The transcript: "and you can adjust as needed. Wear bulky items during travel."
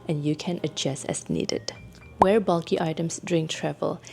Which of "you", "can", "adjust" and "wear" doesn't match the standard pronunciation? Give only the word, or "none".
adjust